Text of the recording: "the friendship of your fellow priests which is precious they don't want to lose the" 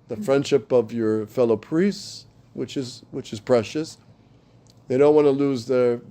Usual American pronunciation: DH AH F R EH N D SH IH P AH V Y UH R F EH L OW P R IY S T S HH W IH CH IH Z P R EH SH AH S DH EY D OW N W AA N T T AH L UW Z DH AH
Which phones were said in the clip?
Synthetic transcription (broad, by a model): DH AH F R EH N D SH IH P AH V Y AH R F EH L OW P R IY S T S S W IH CH IH Z P R EH SH AH S DH EY D OW N W AA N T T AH L UW Z DH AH